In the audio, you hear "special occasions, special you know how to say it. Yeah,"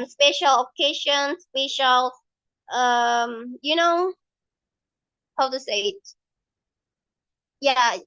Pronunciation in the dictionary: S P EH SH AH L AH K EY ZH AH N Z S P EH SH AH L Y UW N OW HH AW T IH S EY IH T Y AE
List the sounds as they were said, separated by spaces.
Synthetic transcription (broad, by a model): S P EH SH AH L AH K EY SH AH N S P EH SH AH L Y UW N OW HH AW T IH S EY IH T Y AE